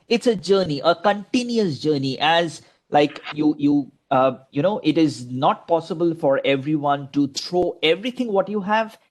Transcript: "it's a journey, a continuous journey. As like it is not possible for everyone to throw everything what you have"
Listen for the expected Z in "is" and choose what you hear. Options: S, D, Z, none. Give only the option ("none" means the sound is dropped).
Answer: Z